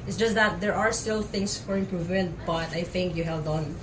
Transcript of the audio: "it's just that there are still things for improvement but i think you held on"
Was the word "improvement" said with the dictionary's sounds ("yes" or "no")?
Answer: yes